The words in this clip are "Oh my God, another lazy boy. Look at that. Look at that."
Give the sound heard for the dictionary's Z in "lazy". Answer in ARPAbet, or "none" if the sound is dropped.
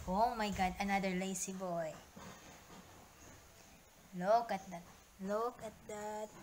S